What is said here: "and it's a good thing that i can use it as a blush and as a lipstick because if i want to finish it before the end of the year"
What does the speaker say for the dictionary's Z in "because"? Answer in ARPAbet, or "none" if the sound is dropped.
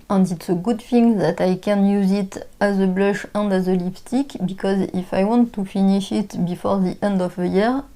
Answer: Z